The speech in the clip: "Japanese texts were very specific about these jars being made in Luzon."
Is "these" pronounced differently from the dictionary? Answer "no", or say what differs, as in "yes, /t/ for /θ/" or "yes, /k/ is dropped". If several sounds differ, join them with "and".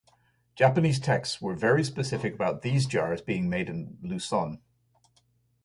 no